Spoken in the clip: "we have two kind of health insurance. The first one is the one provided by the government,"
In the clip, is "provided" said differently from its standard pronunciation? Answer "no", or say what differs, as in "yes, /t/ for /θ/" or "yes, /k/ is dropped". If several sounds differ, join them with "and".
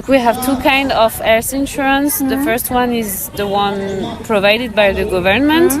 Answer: no